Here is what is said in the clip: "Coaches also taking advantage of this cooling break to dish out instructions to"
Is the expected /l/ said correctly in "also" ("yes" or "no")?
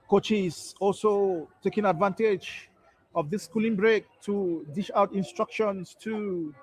yes